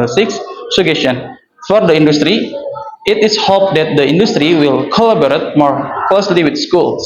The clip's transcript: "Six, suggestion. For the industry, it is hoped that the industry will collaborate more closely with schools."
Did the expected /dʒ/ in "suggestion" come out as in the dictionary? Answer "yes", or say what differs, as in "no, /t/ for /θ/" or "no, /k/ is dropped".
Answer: no, /dʒ/ is dropped